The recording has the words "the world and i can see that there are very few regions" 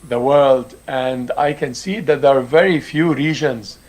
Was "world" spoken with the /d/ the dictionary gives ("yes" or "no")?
yes